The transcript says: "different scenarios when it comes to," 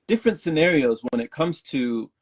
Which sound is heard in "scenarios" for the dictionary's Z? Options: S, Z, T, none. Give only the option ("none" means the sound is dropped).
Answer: Z